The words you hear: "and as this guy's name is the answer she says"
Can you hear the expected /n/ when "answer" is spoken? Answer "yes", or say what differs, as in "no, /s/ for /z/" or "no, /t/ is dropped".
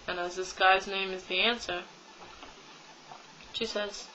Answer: yes